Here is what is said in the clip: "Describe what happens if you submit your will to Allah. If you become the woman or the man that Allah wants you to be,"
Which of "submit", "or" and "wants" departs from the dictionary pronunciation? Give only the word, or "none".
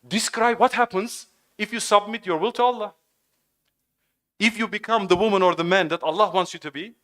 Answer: none